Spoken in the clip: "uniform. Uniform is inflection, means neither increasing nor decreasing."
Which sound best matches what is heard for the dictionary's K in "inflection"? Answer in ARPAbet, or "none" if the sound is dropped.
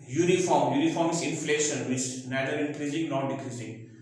none